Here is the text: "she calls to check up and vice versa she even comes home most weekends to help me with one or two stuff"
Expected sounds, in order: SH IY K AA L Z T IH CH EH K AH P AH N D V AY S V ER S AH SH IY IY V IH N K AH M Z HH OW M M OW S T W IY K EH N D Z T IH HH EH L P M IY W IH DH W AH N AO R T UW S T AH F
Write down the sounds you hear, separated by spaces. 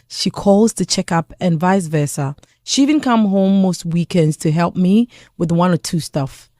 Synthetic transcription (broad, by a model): SH IY K AA L Z T IH CH EH K AH P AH N V AY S V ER S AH SH IY IY V IH N K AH M HH OW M M OW S T W IY K EH N D Z T IH HH EH L P M IY W IH DH W AH N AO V T UW S T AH F